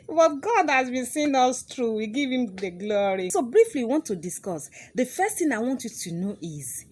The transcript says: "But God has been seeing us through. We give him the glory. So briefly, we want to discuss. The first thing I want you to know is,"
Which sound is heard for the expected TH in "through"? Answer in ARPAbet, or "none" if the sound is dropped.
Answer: T